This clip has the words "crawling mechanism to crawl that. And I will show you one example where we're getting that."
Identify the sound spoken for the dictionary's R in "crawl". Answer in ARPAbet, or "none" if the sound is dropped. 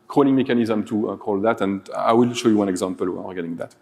none